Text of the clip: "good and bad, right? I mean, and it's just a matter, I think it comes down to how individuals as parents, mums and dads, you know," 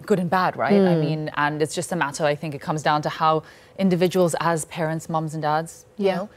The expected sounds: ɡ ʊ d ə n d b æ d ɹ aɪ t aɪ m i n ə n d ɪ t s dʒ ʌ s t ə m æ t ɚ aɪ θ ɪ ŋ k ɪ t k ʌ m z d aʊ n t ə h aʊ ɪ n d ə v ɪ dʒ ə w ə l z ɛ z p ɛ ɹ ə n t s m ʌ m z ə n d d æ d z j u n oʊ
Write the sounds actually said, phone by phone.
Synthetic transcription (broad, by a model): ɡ ʊ d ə n b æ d ɹ aɪ t aɪ m i n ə n ɪ t s dʒ ʌ s t ə m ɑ t ɚ aɪ θ ɪ ŋ k ɪ t k ʌ m z d aʊ n t ə h aʊ ɪ n d ə v ɪ dʒ ə w ə l z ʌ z p ɛ ɹ ə n t s m ʌ m z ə n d d æ d z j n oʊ